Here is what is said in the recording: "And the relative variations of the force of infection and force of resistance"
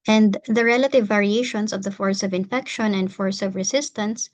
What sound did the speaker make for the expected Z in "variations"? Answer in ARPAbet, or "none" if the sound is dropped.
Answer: S